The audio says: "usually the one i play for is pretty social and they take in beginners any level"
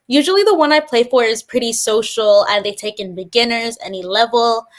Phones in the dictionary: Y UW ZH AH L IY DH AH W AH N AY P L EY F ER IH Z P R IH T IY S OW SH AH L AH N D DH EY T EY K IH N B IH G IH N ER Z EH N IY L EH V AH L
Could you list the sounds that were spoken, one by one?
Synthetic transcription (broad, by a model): Y UW ZH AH L IY DH AH W AH N AY P L EY F ER IH Z P R IH T IY S OW SH L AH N DH EY T EY K IH N B IH G IH N ER Z EH N IY L EH V L